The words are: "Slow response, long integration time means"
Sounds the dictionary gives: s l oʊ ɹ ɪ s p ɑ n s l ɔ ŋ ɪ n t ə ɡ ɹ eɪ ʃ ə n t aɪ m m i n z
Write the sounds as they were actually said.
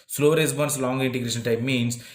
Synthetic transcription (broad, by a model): s l oʊ ɹ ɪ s b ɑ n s l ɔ ŋ ɪ n t ə ɡ ɹ eɪ ʃ ə n t aɪ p m i n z